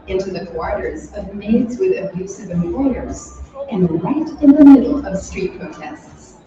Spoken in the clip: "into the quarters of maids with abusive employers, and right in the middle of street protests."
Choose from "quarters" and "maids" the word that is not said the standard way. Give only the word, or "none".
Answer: none